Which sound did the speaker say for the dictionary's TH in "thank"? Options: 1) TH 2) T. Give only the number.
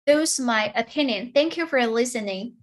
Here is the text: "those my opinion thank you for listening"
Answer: 1